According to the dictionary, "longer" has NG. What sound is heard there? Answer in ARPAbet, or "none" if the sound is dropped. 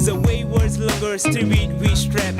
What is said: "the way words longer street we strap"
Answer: none